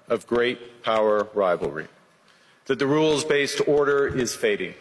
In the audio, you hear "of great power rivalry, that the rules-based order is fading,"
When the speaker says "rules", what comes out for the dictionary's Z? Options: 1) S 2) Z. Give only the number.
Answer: 2